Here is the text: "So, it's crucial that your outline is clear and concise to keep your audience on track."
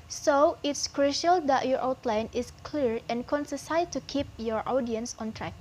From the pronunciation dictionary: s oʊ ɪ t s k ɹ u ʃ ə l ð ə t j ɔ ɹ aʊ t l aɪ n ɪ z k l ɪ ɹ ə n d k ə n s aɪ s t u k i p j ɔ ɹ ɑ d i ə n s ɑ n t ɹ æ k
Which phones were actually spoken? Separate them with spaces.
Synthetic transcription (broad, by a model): s oʊ ɪ t s k ɹ u ʃ ə l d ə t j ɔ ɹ aʊ t l aɪ n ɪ s k l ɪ ɹ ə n k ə n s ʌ s t u k i p j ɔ ɹ ɑ d i ə n s ɑ n t ɹ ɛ k